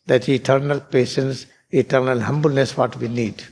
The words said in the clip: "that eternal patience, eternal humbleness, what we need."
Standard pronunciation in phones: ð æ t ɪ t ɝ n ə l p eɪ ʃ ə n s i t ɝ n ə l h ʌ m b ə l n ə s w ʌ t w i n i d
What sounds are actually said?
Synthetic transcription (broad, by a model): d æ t ɪ t ɝ n ə l p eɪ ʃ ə n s i t ɝ n ə l h ʌ m b ə l n ə s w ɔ t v i n i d